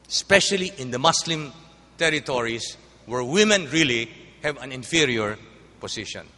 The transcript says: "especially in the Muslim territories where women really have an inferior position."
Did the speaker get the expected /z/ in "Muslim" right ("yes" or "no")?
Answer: no